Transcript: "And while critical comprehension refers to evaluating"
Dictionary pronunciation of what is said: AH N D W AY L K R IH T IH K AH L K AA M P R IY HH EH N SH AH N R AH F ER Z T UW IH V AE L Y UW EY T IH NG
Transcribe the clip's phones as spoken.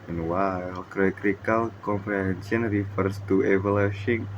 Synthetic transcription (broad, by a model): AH N W AY L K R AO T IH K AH L K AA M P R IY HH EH N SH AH N R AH F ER S T UW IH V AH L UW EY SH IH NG